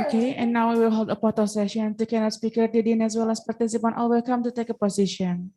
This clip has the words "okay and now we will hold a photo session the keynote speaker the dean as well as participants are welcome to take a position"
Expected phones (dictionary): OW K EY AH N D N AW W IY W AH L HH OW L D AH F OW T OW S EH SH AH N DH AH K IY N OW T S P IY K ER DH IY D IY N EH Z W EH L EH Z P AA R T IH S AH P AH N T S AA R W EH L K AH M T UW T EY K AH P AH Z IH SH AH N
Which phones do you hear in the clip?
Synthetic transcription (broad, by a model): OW K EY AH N N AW W IY W AH L HH OW L D AH P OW T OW S EH SH AH N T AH K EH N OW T S P IY K ER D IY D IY N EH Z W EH L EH S P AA R T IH S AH P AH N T AA L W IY L K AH M T UW T EY K AH P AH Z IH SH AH N